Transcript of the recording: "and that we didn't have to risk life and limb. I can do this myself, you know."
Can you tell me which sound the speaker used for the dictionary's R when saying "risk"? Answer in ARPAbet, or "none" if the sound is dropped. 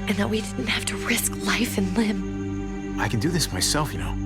R